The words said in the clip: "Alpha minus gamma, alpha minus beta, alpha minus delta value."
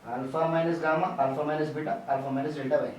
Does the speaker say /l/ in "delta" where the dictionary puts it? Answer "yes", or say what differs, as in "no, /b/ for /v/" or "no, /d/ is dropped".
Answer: no, /l/ is dropped